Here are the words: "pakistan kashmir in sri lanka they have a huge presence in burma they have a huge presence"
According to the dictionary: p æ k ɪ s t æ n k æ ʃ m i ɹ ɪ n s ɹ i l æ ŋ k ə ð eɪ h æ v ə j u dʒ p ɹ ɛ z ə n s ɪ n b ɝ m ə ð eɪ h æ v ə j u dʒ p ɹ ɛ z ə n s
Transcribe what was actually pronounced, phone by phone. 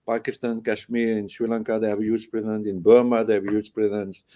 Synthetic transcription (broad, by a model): p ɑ k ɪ s t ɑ n k æ ʃ m i ɹ ɪ n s w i l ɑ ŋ k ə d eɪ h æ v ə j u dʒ p ɹ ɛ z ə n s ɪ n b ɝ m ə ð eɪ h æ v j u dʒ p ɹ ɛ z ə n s